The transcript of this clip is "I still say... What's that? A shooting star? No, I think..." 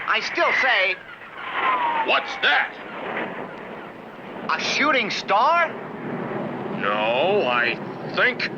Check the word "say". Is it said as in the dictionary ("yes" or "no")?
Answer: yes